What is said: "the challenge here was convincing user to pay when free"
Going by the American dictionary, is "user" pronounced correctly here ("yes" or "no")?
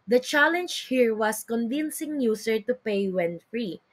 no